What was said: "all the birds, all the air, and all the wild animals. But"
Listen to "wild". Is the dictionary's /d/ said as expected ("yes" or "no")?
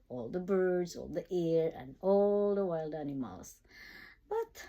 yes